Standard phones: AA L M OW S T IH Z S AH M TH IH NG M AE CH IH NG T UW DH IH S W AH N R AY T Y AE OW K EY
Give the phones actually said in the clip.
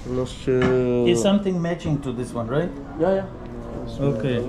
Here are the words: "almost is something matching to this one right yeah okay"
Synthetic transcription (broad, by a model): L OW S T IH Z S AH M T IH NG M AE CH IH NG T UW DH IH S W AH N R AY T Y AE OW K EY